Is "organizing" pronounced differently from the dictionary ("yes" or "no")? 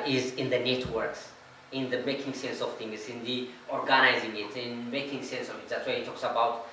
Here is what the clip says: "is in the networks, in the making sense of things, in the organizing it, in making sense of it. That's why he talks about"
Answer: no